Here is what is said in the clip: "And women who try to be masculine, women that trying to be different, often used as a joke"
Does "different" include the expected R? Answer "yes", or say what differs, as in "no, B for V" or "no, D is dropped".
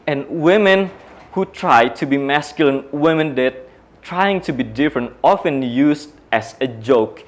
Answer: yes